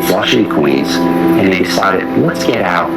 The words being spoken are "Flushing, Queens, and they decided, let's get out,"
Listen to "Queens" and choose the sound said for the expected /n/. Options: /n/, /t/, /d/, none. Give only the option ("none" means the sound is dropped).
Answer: none